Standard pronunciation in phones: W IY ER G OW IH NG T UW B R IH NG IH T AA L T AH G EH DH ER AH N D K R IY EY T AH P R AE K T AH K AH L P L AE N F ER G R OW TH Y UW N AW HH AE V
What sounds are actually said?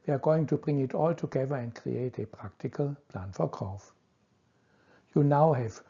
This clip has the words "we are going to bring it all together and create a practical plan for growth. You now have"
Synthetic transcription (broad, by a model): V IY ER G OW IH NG T UW B R IH NG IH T AA L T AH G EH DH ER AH N K R IY EY T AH P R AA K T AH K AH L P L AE N F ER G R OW F Y UW N AW HH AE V